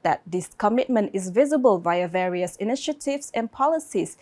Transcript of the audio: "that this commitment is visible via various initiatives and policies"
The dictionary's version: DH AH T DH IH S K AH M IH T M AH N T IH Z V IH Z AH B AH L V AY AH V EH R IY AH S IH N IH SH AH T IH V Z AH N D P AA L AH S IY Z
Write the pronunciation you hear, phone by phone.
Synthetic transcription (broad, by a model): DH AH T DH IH S K AH M IH T M AH N T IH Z V IH Z AH B AH L V AY AH V EH R IY AH S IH N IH SH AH T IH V S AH N P AA L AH S IY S